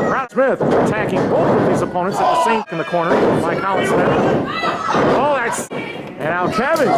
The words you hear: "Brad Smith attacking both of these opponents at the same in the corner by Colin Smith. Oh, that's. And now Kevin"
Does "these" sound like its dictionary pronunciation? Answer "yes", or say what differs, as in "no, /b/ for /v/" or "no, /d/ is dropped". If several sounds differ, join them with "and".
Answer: yes